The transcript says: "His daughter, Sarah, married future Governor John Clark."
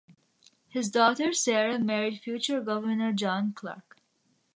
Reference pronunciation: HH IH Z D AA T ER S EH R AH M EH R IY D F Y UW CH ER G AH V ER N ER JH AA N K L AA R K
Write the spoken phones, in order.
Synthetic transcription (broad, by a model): HH IH Z D AA T ER S EH R AH M EH R IY D F Y UW CH ER G AH V ER N ER JH AA N K L AA R K